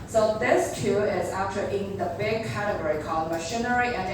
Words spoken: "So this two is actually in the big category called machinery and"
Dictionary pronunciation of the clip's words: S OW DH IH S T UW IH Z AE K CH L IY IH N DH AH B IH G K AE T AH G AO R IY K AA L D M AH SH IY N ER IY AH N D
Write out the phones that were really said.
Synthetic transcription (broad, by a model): S OW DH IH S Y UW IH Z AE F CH IY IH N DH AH B IH G K AE T AH G AO R IY K AA L D M AH SH IY N ER IY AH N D